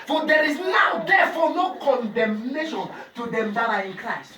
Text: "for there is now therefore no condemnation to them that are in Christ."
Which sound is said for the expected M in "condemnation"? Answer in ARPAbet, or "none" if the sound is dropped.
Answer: M